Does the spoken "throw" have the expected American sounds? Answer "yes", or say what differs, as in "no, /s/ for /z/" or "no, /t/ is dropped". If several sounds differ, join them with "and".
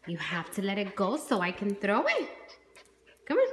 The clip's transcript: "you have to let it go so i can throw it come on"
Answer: yes